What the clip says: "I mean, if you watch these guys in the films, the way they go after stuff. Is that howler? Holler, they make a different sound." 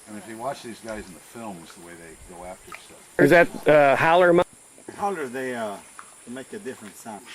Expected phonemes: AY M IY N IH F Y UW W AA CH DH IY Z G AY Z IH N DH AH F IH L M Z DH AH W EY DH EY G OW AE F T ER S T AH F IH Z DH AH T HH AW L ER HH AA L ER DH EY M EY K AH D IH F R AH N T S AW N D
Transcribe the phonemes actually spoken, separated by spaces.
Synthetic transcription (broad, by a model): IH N IH F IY W AA CH DH IY Z G AY Z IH N DH AH F IH L M Z DH AH W EY DH EY G OW AE F T ER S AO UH IH Z DH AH T HH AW L ER HH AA L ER DH EY M EY K AH D IH F R AH N T S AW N